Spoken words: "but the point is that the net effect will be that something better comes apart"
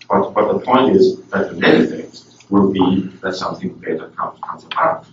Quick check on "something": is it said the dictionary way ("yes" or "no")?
yes